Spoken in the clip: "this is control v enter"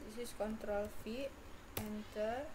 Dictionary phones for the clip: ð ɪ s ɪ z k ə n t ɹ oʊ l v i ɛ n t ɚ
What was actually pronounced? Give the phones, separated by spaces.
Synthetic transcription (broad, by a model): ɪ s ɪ s k ə n t ɹ oʊ l f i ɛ n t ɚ